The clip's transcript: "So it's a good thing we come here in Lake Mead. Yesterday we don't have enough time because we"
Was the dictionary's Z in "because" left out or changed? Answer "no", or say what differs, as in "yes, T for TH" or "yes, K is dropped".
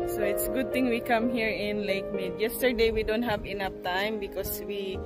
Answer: yes, S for Z